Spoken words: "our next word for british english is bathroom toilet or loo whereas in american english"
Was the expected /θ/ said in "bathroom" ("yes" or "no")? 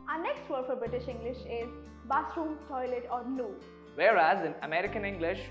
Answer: no